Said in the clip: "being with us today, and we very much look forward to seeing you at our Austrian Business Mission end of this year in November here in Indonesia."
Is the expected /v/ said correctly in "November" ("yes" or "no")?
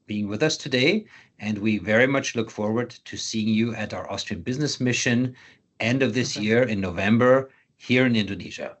yes